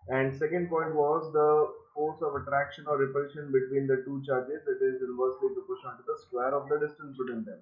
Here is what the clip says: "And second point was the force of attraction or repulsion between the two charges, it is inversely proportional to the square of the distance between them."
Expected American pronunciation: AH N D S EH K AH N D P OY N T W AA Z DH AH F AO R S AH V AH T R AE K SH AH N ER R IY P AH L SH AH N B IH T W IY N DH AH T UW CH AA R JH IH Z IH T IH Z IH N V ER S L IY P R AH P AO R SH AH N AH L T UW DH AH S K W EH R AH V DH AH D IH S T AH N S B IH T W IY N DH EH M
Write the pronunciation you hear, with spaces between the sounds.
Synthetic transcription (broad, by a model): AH N D S EH K AH N D P OY N T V AA Z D AH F AO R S AH V AH T R AE K SH AH N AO R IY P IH SH AH N B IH T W IY N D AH T UW CH AA R JH IH Z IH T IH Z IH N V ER S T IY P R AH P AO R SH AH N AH N T UW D AH S K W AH R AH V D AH D IH S T AH N S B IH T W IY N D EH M